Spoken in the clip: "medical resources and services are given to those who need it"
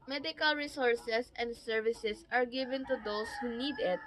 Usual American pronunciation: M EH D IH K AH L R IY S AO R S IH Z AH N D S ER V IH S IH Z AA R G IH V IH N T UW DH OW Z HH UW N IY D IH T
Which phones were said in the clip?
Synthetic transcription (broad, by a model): M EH D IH K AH L R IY S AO R S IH S AH N D S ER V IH S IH S AA R G IH V IH N T UW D OW S HH UW N IY D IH T